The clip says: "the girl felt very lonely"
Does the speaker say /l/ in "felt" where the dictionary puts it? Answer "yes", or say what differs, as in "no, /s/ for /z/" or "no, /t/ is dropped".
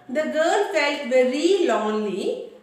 yes